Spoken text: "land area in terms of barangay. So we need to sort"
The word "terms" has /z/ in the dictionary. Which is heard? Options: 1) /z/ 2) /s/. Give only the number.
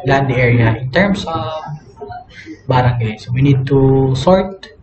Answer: 2